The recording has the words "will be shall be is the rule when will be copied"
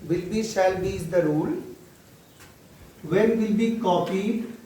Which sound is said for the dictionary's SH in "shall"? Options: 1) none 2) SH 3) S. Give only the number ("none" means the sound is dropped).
3